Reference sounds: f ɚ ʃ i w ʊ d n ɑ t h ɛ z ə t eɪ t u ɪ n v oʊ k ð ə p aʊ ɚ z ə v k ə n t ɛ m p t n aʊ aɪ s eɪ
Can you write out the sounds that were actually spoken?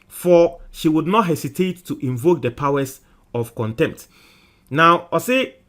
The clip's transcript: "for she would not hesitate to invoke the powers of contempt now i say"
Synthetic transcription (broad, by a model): f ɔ ʃ i w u d n ɑ t h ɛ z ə t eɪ t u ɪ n v oʊ k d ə p aʊ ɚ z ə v k ə n t ɛ m p t n aʊ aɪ s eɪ